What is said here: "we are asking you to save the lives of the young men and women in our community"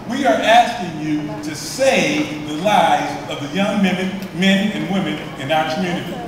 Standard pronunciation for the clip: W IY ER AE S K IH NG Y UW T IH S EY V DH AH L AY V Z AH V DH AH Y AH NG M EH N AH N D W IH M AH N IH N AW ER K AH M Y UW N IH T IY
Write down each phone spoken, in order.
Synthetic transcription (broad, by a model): W IY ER AE S K IH NG Y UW T IH S EY V DH AH L AY Z AH V DH AH Y AH NG M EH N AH N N W IH M AH N IH N AW ER K M Y UW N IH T IY